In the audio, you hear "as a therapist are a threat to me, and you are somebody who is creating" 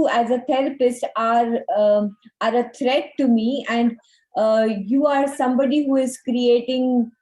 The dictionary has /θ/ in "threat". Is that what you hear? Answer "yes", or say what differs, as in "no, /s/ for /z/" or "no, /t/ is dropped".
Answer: no, /t/ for /θ/